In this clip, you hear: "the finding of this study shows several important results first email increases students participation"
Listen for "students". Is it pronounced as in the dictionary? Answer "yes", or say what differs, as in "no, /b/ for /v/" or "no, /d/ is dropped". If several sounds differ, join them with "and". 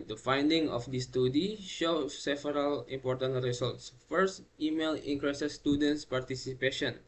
yes